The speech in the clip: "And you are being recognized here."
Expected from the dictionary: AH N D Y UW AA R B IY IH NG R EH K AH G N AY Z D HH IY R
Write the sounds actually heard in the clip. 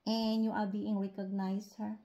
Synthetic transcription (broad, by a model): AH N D Y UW AA R B IY IH NG R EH K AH G N AY S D HH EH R